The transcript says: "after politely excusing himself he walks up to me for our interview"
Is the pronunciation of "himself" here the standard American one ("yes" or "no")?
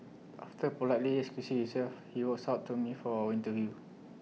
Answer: no